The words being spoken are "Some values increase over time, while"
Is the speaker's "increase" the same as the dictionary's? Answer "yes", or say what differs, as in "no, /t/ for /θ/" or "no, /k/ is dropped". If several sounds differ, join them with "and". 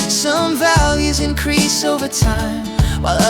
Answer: yes